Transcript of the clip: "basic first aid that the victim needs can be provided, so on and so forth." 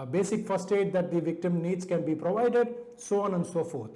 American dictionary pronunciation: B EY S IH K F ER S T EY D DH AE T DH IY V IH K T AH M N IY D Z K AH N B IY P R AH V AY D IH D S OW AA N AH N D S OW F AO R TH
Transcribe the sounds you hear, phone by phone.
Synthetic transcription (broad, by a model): B EY S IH K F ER S T EY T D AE T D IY V IH K T AH M N IY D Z K AH N B IY P R AH V AY D IH D S OW AA N AH N D S OW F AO R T